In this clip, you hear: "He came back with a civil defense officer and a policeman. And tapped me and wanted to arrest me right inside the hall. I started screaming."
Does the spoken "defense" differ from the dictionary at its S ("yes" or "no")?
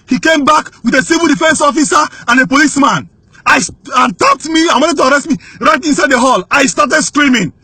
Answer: no